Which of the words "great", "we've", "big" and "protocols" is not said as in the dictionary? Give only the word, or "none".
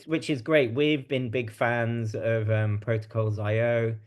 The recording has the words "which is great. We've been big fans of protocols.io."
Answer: none